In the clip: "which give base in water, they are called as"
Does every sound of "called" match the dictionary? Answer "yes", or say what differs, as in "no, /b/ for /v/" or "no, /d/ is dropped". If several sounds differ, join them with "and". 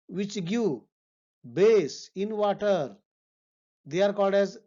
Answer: no, /l/ is dropped